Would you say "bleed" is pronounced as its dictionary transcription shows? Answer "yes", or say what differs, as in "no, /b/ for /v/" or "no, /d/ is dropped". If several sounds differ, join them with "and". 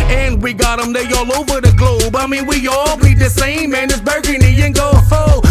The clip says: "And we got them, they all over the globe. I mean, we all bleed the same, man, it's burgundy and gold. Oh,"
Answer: no, /l/ is dropped